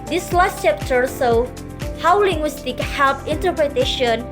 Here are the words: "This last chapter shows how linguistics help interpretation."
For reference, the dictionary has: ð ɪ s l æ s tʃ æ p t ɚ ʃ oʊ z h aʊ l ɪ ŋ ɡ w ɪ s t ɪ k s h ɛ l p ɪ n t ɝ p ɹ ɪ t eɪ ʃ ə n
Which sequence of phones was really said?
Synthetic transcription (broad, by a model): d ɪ s l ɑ s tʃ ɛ p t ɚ s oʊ h aʊ l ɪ ŋ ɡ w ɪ s t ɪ k h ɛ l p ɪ n t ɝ p ɹ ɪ t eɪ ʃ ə n